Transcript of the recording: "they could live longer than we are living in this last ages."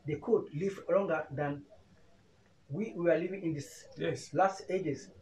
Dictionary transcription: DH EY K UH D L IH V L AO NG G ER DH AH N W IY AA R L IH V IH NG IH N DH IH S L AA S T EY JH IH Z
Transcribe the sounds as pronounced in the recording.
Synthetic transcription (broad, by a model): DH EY K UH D L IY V L AO NG G ER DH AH N W IY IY W L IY V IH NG IH N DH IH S L AA S T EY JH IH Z